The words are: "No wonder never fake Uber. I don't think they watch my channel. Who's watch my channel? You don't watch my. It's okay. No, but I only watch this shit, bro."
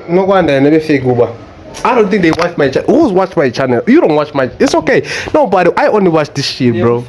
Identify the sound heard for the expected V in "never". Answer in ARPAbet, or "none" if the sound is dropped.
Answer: B